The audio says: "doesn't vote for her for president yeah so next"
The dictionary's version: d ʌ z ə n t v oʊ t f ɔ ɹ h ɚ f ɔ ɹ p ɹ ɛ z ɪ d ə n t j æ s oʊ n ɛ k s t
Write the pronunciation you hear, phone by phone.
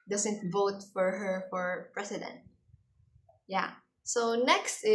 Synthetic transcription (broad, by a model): d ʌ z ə n t v oʊ t f ɔ ɹ h ɚ f ɔ ɹ p ɹ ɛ s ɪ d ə n t j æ s oʊ n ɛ k s t